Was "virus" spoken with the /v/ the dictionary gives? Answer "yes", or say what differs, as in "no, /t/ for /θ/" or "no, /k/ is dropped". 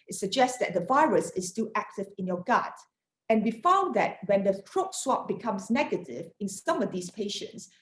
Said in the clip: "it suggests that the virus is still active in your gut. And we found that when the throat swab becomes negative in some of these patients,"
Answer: yes